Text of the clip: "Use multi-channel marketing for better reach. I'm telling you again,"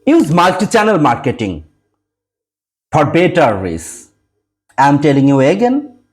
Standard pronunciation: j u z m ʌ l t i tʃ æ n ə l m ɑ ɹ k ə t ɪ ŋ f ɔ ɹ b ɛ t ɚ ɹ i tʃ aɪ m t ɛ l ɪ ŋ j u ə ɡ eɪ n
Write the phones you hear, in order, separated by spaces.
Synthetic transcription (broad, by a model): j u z m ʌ l t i tʃ æ n ə l m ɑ ɹ k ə t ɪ ŋ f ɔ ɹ b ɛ t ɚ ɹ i s aɪ m t ɛ l ɪ ŋ j u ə ɡ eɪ n